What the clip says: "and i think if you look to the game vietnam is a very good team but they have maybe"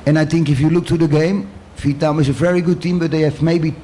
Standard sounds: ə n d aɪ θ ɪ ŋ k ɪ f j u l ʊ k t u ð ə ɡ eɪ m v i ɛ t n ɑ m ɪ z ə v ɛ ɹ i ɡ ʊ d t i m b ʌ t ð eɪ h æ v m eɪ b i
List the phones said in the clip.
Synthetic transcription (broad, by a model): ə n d aɪ θ ɪ ŋ k ɪ f j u l ʊ k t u ð ə ɡ eɪ m f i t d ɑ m ɪ z ə v ɛ ɹ i ɡ ʊ d t i m b ʌ t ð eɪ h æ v m eɪ b i